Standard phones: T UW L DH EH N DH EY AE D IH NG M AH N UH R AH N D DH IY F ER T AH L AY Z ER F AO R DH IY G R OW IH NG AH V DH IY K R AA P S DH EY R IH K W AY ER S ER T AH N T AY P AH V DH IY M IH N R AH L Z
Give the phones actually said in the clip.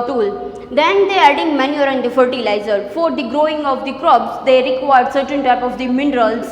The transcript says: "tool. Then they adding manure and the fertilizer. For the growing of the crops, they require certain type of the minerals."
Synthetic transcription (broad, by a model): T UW L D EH N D EY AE D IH NG M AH N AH R AH N D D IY F ER T AH L AY Z ER F AO R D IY G R OW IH NG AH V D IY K R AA B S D EY R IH K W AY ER S ER T AH N T AY P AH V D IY M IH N R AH L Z